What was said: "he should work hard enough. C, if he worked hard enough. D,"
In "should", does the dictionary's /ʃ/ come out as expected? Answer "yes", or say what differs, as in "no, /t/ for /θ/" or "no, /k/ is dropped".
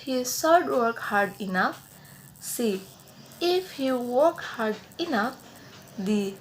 no, /s/ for /ʃ/